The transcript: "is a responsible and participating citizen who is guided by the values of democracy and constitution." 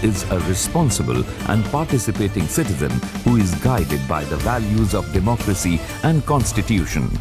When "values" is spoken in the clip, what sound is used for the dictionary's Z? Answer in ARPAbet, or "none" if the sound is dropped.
Z